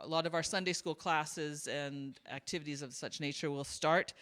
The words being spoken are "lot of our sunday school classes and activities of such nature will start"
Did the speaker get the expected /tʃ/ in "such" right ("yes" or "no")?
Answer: yes